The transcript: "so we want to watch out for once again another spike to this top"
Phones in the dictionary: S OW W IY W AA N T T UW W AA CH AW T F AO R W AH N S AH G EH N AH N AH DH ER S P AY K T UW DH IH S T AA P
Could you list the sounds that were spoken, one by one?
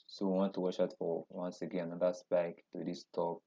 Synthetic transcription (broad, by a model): S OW W IY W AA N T T UW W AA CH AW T F AO R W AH N S AH G EH N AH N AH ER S B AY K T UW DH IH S T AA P